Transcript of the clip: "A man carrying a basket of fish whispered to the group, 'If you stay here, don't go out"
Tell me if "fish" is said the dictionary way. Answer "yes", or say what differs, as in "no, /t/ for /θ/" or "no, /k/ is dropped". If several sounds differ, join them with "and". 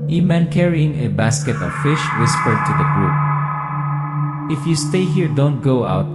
yes